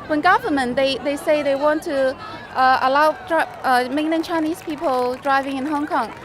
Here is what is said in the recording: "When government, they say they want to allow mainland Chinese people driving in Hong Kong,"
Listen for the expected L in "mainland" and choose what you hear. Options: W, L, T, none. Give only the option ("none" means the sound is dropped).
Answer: none